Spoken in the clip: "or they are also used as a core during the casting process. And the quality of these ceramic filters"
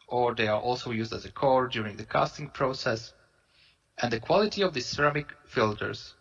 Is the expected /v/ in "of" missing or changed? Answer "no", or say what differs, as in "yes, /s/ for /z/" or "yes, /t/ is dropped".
no